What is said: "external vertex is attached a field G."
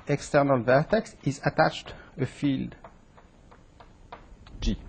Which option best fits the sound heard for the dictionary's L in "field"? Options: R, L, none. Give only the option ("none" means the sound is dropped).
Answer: L